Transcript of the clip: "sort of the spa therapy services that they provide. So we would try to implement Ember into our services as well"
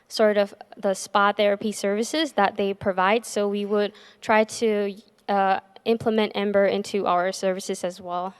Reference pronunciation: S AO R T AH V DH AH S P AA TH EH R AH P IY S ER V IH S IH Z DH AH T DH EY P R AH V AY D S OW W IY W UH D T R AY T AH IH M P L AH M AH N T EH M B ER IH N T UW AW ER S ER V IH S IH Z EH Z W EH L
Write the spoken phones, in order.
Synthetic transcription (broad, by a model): S AO R T AH V DH AH S P AA TH EH R AH P IY S ER V IH S IH Z DH AH T DH EY P R AH V AY D S OW W IY W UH D T R AY T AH IH M P L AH M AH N T EH M B ER IH N T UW AW ER S ER V IH S IH Z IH Z W EH L